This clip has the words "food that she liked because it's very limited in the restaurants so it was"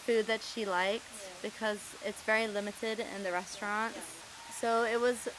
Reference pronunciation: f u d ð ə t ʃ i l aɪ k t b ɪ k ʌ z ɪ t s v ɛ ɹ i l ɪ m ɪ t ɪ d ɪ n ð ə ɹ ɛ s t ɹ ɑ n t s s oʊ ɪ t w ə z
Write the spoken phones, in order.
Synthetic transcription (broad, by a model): f u d ð ə t ʃ i l aɪ k t b ɪ k ʌ z ɪ t s v ɛ ɹ i l ɪ m ɪ t ɪ d ɪ n ð ə ɹ ɛ s t ɹ ɑ n t s s oʊ ɪ t w ə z